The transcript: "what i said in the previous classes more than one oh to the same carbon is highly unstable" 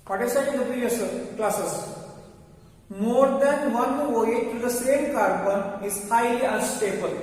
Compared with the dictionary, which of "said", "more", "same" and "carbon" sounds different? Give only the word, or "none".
said